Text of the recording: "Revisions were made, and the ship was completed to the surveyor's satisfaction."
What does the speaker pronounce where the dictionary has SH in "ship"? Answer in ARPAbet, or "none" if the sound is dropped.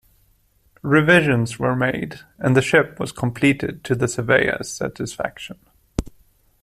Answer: SH